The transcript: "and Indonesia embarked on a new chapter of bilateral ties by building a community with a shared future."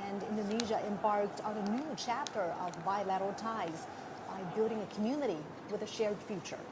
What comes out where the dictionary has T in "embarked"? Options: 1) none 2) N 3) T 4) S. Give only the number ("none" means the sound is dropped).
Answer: 3